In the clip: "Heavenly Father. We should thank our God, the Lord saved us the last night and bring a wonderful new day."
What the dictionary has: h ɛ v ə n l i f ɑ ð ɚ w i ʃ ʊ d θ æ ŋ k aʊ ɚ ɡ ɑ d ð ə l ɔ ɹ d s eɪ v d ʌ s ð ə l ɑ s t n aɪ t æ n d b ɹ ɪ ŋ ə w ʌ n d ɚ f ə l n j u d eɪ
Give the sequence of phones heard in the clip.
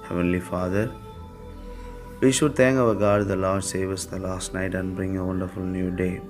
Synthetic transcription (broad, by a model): h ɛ v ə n l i f ɑ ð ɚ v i ʃ ʊ d t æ ŋ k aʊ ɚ ɡ ɑ d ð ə l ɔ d s eɪ v ʌ s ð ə l ɑ s t n aɪ t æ n d b ɹ ɪ ŋ ə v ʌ n d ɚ f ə l n j u d eɪ